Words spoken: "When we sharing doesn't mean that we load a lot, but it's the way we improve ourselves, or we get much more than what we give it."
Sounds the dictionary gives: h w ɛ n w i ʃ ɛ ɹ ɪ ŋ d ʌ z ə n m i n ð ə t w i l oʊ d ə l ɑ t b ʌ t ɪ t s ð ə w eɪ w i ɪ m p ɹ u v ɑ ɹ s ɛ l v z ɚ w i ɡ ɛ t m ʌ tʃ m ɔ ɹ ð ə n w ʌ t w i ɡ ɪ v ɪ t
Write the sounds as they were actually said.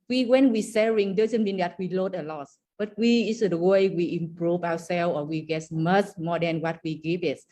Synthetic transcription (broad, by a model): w w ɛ n w i s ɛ ɹ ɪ ŋ d ʌ z ə n m i n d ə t w i l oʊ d ə l ɑ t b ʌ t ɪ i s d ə w eɪ w i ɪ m p ɹ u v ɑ w s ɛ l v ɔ w i ɡ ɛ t m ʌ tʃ m ɔ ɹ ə n w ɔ t w i ɡ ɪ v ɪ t